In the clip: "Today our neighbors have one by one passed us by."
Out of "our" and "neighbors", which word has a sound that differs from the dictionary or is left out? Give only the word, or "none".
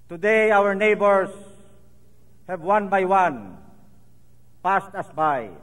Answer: neighbors